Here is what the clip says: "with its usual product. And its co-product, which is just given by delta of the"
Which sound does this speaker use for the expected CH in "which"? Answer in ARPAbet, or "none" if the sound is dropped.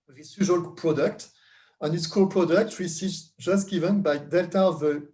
S